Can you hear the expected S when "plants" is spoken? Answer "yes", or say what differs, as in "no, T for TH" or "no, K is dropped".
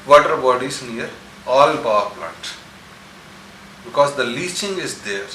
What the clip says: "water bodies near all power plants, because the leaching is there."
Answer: no, S is dropped